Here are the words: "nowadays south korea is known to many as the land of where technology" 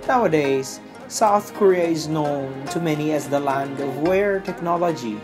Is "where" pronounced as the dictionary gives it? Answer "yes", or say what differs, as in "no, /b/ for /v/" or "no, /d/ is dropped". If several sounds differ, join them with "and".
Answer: yes